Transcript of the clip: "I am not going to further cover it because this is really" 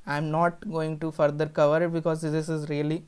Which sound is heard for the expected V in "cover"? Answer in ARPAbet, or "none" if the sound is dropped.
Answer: V